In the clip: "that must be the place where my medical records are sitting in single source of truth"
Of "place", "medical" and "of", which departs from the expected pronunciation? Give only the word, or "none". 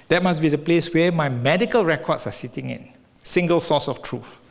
of